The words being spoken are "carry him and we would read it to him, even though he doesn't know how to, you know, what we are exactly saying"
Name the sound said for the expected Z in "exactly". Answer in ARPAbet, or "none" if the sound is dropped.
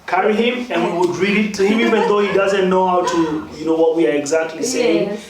Z